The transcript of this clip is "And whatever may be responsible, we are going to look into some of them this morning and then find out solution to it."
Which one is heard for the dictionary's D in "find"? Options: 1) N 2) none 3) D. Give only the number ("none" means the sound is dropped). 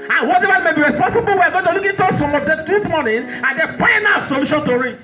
2